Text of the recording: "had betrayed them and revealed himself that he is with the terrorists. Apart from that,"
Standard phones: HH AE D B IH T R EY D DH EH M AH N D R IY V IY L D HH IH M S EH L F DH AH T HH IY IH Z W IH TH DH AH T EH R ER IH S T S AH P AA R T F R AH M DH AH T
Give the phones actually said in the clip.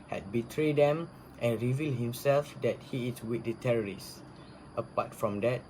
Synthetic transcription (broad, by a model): HH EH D B IH T R EY D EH M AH N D R IY V IY L D HH IH M S EH L F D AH T HH IY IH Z W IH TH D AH T EH R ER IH S T AH P AA T F R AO M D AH T